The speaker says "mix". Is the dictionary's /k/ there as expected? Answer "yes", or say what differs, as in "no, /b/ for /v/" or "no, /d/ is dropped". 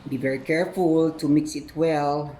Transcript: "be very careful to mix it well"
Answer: yes